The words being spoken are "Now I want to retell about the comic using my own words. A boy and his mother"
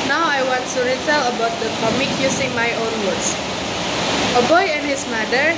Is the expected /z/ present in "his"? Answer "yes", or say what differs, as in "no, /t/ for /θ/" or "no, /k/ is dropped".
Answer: no, /s/ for /z/